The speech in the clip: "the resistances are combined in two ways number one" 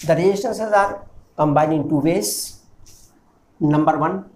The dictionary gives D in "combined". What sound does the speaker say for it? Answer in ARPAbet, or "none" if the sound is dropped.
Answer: none